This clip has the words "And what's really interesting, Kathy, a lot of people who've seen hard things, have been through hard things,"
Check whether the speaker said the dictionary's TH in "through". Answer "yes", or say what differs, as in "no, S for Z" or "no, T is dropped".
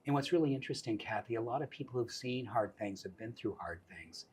yes